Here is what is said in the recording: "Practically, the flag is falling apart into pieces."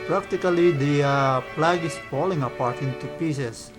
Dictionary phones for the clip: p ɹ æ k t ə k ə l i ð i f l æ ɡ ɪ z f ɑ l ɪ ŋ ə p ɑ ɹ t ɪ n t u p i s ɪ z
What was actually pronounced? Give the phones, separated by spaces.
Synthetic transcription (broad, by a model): p ɹ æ k t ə k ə l i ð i p l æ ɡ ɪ s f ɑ l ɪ ŋ ə p ɑ ɹ t ɪ n t u p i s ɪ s